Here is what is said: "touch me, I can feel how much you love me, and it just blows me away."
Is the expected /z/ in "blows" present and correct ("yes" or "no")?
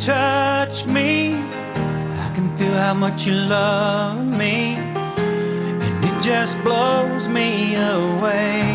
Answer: yes